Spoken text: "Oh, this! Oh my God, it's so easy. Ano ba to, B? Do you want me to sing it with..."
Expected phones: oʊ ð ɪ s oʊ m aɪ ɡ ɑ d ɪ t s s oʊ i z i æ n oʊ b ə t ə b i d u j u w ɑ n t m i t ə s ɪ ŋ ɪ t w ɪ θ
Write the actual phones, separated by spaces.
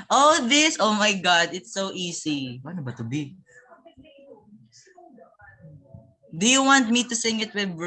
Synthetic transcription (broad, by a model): oʊ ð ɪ s oʊ m aɪ ɡ ɑ d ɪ t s s oʊ i s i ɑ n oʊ b ə t ə b i d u j u w ɑ n t m i t ə s ɪ ŋ ɪ t w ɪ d